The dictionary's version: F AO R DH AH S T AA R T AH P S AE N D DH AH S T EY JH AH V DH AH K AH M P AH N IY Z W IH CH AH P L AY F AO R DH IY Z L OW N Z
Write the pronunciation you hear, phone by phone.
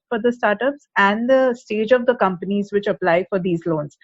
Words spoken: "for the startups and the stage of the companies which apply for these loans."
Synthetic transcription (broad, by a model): F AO R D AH S T AA R T AH P S AE N D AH S T EY JH AH V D AH K AH M P AH N IY Z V IH CH AH P L AY F AO R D IY Z L OW N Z